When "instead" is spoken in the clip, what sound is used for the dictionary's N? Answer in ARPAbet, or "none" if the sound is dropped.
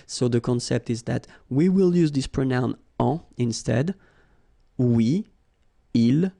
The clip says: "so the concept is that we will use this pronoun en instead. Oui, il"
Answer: N